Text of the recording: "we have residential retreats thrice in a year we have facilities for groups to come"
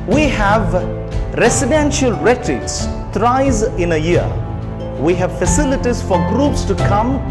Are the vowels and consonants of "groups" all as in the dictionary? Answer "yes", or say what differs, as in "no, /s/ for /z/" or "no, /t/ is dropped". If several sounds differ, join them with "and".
yes